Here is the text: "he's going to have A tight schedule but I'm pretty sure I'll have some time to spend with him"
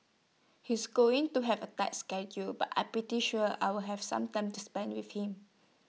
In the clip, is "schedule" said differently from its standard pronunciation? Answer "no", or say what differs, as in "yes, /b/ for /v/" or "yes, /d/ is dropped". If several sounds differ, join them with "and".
no